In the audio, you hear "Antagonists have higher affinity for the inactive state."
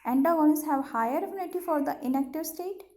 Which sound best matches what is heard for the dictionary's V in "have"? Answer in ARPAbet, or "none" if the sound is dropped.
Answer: V